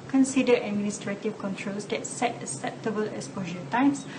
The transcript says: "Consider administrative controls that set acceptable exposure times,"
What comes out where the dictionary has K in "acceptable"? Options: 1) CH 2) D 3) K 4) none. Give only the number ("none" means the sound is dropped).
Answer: 4